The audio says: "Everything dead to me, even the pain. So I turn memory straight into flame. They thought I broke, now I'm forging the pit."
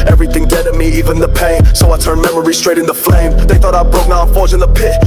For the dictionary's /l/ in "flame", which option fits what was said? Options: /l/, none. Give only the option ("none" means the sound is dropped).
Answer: /l/